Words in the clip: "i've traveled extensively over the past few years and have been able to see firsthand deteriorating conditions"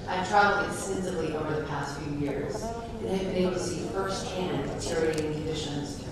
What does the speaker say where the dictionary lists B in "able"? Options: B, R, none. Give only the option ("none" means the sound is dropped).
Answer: none